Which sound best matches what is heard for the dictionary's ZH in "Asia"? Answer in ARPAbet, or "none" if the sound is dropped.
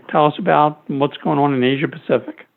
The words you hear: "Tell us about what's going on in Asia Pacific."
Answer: ZH